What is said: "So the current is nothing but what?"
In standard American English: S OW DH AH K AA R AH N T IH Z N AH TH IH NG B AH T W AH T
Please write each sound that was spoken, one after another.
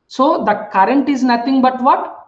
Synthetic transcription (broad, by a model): S OW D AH K AA R AH N T IH Z N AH T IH NG B AH T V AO T